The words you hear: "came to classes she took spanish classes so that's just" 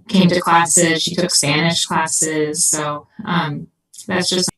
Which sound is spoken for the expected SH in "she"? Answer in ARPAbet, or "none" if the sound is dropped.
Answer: SH